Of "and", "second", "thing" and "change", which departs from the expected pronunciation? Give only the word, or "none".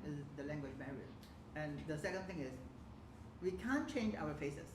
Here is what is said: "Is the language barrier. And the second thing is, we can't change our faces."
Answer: thing